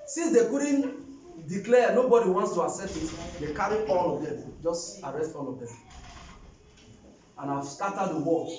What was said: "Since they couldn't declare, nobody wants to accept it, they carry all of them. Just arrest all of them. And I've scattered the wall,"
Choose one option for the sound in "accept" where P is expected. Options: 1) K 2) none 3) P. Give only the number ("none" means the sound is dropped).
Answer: 2